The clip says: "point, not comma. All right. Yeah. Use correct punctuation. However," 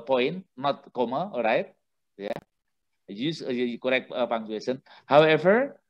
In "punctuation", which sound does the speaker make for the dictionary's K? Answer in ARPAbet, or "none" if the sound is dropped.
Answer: none